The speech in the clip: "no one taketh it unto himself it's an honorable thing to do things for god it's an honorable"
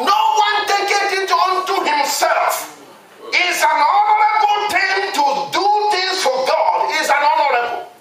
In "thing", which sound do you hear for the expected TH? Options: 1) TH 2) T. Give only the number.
2